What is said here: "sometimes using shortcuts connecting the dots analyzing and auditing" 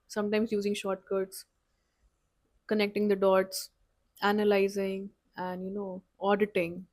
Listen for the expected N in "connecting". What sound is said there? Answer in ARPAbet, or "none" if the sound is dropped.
N